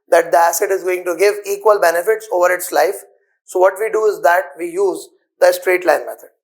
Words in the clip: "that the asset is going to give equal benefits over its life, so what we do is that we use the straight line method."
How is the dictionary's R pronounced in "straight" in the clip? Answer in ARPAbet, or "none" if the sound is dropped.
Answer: R